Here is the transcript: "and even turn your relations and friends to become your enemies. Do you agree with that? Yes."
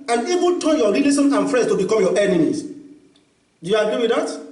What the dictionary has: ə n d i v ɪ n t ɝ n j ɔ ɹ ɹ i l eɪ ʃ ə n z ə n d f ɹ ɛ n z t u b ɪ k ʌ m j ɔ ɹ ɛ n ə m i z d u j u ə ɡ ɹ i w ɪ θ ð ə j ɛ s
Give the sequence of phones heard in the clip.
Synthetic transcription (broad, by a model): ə n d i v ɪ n t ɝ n j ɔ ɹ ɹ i l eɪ s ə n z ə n f ɹ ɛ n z t u b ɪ k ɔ m j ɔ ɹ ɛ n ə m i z d u j u ə ɡ ɹ i w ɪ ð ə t